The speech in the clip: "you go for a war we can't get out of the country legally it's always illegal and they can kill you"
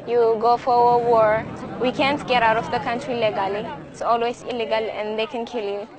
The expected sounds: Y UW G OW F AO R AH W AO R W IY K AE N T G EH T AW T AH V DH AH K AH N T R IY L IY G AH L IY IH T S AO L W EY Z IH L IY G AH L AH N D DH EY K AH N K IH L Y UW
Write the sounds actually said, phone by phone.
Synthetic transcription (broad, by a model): Y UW G OW F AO R AH W AO R W IY K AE N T G EH T AW T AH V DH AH K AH N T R IY L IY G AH L IY IH T S AO L W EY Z IH L IY G AH L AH N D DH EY K AH N K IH L Y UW